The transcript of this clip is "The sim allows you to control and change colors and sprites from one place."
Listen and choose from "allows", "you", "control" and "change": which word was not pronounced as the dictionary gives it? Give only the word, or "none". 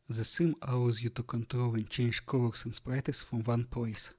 allows